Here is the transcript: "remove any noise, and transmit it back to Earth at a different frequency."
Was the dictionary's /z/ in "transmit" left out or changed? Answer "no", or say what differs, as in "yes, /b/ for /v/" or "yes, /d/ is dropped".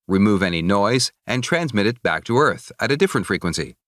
no